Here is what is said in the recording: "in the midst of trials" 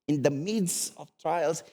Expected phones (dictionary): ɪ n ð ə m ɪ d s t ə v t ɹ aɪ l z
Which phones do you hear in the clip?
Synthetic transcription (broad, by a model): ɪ n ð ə m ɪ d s ə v t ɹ aɪ l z